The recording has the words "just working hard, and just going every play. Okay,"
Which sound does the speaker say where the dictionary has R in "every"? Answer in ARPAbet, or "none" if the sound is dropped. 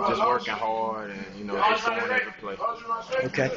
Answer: none